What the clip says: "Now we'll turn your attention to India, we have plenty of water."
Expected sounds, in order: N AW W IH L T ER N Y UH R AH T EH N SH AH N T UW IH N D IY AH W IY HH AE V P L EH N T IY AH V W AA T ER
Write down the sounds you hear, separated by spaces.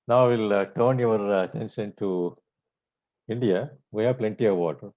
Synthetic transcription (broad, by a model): N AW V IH L T ER N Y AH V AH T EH N S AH N T UW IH N D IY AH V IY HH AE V P L EH N T IY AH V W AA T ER